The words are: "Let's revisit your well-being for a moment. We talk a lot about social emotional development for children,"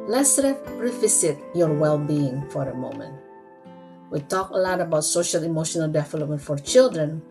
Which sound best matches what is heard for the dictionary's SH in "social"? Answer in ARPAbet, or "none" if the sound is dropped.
SH